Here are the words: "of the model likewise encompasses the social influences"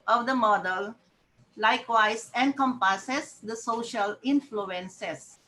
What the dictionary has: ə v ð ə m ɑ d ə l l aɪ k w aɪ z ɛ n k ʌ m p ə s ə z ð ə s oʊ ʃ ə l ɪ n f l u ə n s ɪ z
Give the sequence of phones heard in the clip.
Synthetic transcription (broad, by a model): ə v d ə m ɑ d ə l l aɪ k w aɪ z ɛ n k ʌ m p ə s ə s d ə s oʊ ʃ ə l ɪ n f l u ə n s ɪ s